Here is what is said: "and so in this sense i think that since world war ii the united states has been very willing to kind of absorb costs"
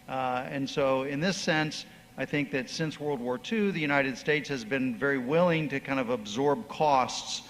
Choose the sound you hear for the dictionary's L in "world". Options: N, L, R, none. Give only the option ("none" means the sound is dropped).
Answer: L